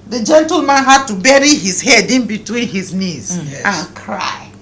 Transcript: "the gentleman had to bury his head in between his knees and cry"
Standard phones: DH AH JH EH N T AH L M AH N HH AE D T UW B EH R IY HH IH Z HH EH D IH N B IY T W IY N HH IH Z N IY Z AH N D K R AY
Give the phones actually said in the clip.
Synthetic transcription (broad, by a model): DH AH JH EH N T AH L M AH N HH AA D T UW B EH R IY HH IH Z HH EH D IH N B IY T W IY N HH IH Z N IY Z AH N K R AY